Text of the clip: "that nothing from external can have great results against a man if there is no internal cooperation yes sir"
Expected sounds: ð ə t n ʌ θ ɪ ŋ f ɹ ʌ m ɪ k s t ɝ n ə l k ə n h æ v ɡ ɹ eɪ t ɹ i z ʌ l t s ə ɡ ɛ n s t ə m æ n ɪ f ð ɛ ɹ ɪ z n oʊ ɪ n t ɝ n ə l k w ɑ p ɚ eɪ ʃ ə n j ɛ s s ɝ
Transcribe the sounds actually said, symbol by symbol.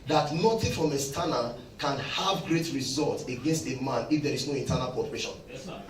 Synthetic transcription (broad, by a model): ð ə t n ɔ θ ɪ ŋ f ɹ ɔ m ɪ s t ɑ n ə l k ə n h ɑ v ɡ ɹ eɪ t ɹ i z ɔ l t ə ɡ ɛ n s t ə m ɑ n ɪ f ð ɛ ɹ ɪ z n oʊ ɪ n t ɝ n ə l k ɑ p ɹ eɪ ʃ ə n